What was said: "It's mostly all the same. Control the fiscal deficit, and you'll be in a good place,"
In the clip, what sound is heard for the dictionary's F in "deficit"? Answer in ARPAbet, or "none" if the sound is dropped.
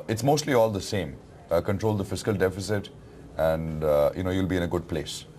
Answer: F